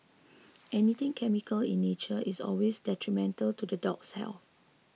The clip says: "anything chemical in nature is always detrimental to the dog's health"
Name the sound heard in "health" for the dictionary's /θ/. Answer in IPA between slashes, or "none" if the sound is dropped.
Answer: /f/